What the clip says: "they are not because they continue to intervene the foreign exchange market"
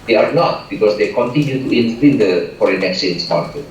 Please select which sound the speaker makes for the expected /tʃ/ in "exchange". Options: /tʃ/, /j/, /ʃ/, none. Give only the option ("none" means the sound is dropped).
none